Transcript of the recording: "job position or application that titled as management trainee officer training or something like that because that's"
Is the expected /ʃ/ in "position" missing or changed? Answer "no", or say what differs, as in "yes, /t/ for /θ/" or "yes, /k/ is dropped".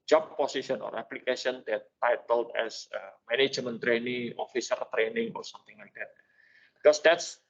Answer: yes, /ʃ/ is dropped